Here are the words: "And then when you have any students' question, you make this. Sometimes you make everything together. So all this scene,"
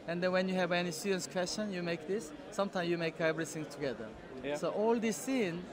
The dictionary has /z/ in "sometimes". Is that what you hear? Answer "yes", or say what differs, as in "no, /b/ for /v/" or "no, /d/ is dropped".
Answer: no, /z/ is dropped